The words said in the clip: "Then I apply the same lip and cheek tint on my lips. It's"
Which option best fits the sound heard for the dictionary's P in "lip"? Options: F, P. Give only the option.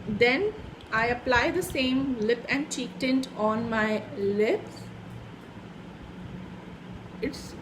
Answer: P